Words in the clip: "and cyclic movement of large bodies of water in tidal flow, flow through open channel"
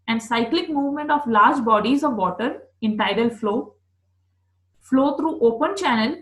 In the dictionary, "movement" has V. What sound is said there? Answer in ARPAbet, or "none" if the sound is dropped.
V